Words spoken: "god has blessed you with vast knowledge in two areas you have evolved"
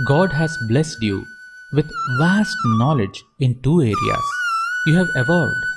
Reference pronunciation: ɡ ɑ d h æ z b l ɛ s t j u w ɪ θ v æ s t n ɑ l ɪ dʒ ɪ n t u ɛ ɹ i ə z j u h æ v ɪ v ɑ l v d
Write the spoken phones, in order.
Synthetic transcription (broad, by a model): ɡ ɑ d h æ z b l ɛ s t j u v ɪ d v æ s t n ɑ l ɪ dʒ ɪ n t u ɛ ɹ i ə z j u h æ v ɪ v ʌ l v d